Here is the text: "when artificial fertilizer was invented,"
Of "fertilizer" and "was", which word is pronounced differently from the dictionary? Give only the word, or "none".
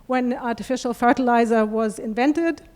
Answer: none